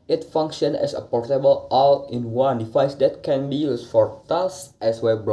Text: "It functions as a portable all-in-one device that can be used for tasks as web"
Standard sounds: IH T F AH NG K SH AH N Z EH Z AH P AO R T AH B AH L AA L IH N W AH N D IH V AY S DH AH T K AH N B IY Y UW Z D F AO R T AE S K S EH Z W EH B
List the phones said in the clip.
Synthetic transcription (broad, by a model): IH T F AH NG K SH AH N EH S AH P AO R T AH B AH L AA L IH N W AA N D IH F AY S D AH T K AH N B IY Y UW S F AO R T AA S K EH S W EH B